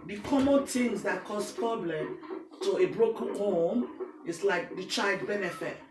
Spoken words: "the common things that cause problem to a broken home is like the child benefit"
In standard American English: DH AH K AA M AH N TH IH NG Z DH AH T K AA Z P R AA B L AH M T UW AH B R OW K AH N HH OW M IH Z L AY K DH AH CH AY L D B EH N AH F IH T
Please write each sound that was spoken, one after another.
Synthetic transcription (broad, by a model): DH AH K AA M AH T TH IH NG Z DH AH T K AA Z P R AA B L AH M T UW AH B R OW K AH N HH OW M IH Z L AY K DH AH CH AY L D B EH N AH F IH T